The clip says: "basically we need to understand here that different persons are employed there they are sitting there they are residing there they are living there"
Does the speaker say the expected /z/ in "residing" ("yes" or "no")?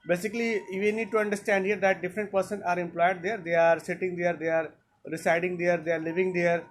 no